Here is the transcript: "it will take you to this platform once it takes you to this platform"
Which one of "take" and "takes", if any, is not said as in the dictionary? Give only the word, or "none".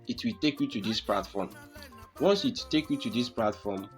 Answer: takes